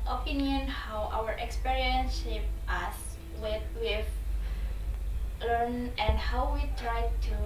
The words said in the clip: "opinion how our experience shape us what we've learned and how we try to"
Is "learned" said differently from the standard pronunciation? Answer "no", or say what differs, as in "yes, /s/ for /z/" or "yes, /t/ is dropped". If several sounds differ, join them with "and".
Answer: yes, /d/ is dropped